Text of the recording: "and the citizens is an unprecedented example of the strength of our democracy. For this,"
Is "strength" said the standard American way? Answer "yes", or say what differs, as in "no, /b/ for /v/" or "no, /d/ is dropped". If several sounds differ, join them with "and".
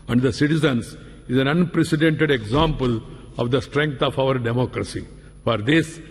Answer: no, /f/ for /θ/